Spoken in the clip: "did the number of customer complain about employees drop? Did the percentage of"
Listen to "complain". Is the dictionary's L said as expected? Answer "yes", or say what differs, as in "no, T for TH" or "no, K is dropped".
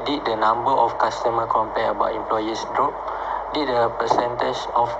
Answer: no, L is dropped